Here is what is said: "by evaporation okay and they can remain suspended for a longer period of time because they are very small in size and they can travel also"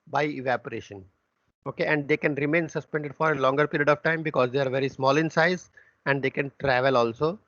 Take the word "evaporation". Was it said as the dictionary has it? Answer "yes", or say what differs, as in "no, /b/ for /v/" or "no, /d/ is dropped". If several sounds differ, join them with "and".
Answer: yes